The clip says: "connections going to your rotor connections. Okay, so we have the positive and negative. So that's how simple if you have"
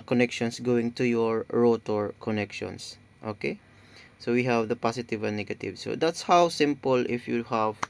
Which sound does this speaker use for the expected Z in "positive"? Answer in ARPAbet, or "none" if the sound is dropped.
S